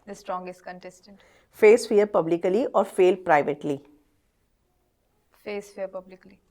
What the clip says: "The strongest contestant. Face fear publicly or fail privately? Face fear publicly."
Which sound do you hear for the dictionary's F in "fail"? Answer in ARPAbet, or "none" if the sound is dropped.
F